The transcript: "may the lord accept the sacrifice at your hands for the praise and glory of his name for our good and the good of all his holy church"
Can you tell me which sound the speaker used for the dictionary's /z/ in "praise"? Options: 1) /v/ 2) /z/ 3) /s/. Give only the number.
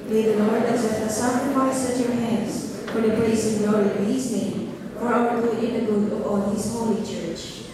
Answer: 3